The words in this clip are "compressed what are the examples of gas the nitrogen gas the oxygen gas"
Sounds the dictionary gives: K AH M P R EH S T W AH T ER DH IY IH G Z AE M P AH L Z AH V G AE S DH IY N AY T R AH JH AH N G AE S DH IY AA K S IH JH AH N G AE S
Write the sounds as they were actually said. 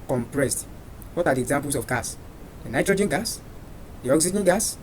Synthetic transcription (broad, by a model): K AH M P R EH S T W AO T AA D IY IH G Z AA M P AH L S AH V G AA S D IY N AY T R AH JH AH N G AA S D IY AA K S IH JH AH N G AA S